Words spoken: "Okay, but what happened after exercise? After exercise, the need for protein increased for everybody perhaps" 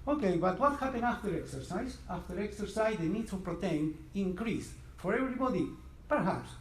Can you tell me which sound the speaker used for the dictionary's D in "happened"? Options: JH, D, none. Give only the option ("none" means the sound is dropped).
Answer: none